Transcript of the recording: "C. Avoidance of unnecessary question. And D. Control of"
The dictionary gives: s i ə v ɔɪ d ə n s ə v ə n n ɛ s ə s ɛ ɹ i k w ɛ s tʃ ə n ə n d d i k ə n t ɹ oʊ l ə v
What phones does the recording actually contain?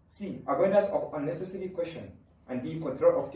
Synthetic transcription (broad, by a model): s i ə w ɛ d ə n s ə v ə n n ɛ s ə s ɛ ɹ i k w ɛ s ʃ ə n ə n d d i k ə n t ɹ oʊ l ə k